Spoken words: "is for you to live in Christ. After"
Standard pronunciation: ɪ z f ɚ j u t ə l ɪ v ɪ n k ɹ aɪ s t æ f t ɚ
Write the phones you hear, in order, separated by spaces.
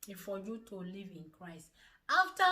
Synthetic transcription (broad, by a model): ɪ f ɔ j u t ə l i v ɪ n k ɹ aɪ s t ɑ f t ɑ